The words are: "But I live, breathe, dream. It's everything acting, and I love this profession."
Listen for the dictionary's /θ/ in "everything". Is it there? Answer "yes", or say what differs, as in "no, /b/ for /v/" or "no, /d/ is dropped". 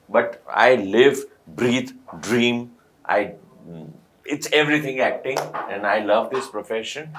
no, /t/ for /θ/